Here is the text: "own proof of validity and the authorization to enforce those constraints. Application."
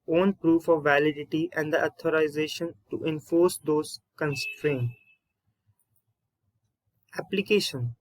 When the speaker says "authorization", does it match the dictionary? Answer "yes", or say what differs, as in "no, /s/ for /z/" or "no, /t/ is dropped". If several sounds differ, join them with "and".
no, /t/ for /θ/